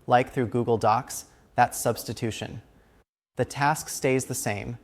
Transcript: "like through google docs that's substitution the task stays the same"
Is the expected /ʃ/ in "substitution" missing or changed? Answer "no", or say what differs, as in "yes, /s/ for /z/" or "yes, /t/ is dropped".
no